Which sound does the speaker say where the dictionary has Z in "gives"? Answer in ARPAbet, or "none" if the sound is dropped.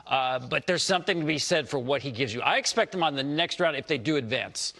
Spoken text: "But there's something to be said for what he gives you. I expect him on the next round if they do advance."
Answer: Z